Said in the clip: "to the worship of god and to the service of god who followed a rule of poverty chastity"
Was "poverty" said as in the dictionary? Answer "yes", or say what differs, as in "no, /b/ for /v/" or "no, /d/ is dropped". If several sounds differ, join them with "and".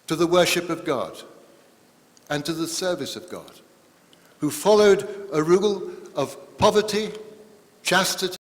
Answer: yes